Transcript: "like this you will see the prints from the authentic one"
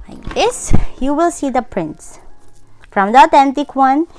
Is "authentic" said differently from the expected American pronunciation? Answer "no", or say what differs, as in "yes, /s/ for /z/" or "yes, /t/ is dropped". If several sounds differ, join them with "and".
yes, /t/ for /θ/